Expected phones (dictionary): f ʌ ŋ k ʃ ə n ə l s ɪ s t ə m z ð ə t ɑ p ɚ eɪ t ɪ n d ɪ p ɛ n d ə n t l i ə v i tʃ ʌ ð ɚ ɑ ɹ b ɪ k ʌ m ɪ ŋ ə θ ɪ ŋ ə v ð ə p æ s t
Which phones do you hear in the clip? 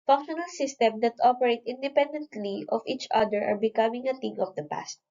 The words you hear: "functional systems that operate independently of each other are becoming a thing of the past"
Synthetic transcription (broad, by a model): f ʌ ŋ k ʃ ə n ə l s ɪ s t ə m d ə t ɑ p ɚ eɪ t ɪ n d ɪ p ɛ n d ə n t l i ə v i tʃ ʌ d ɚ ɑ ɹ b ɪ k ʌ m ɪ ŋ ə t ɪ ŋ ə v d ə p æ s t